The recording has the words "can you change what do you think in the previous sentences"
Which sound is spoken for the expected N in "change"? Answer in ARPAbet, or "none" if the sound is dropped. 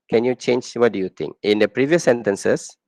N